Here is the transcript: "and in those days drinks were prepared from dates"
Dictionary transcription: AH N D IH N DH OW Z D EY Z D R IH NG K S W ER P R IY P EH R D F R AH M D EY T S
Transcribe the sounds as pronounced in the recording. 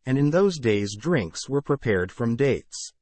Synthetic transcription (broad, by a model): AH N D IH N DH OW Z D EY Z D R IH NG K S W ER P R IY P EH R D F R AH M D EY T S